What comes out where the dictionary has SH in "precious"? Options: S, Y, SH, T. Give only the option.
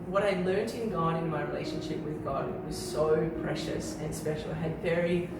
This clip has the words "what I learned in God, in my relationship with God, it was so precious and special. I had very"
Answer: SH